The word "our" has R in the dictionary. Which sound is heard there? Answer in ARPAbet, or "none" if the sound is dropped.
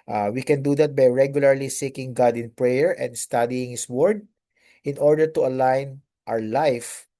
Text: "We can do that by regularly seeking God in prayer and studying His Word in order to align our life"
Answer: W